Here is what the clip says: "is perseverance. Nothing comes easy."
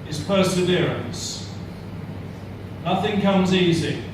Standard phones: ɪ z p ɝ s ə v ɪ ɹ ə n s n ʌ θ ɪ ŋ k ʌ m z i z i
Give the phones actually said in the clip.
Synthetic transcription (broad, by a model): ɪ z p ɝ s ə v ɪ ɹ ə n s n ʌ θ ɪ ŋ k ʌ m z i z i